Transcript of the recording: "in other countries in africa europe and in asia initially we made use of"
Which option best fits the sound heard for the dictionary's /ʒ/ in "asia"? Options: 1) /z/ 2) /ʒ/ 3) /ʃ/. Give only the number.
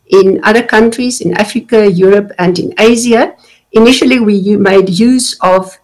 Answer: 1